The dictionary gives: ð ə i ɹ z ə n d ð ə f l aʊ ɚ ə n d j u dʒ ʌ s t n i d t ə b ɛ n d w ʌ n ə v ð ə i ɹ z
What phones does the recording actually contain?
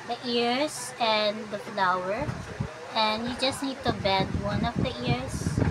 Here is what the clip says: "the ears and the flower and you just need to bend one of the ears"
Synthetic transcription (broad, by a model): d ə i ɹ s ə n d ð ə f l aʊ ɚ ə n d j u dʒ ʌ s t n i d t ə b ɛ d w ʌ n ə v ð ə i ɹ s